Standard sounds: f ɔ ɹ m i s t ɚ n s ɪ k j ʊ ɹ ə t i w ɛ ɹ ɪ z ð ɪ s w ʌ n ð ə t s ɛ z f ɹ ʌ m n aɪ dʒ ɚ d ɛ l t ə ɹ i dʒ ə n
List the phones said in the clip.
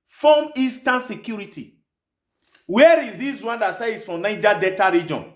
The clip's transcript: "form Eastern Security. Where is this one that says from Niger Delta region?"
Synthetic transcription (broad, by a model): f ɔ m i s t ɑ n s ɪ k j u ɹ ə t i w ɛ ɹ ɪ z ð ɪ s w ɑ n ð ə t s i s f ɹ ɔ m n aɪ dʒ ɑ d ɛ t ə ɹ i dʒ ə n